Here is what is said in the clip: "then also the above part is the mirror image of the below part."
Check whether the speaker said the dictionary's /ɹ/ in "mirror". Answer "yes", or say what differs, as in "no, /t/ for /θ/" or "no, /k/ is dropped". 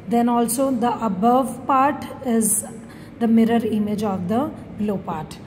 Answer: yes